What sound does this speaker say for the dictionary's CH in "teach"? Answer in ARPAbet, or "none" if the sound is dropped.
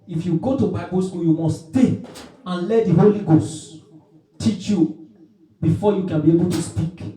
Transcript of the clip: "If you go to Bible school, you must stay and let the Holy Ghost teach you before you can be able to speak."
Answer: CH